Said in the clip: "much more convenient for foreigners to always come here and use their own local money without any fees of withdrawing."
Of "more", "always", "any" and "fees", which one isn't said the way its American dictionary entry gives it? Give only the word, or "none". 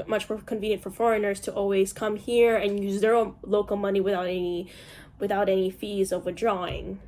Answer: none